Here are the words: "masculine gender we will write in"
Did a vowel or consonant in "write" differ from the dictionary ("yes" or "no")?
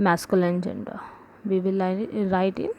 no